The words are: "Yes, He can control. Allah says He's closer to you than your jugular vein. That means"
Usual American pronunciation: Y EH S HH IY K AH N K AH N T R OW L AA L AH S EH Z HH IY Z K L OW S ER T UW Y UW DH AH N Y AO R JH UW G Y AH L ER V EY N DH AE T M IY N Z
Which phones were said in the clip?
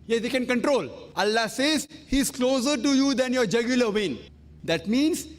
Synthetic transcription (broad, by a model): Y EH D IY K AH N K AH N T R OW L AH L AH S EH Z HH IY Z K L OW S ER T UW Y UW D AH N Y AO R JH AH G Y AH L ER V EY N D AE T M IY N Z